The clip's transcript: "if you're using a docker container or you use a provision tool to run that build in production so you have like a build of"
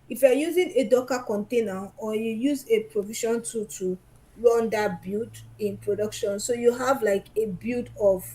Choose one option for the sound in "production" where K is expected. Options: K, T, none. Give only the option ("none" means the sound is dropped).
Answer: K